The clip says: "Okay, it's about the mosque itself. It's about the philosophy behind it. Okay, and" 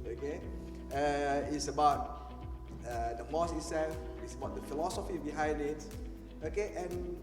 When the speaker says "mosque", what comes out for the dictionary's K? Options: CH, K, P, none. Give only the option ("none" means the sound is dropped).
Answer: none